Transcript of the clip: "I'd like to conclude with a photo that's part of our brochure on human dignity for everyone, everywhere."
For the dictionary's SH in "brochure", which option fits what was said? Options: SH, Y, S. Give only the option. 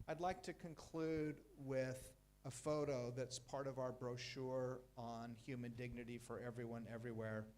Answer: SH